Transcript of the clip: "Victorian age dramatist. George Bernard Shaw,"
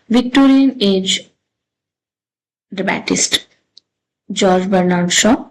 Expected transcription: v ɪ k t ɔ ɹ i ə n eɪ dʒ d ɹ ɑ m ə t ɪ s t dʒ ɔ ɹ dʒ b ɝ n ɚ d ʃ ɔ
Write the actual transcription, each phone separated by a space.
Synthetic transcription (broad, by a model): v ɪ k t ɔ ɹ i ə n eɪ dʒ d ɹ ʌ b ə t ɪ s t dʒ ɔ ɹ dʒ b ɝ n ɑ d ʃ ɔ